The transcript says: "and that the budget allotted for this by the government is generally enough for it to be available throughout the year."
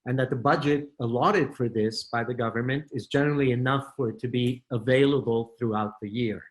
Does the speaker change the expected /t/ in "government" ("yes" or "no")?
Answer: no